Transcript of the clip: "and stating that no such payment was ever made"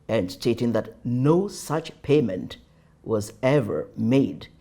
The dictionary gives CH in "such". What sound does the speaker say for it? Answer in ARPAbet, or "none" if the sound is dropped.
CH